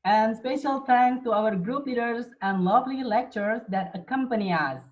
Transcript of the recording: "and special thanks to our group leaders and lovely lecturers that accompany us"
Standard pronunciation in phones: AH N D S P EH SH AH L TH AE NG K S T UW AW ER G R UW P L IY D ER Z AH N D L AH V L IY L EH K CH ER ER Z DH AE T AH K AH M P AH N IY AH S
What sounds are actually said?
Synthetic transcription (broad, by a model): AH N D S P EH SH AH L T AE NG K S T UW AW ER G R UW P L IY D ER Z AH N D L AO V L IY L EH K CH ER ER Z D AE T AH K AH M P AH N IY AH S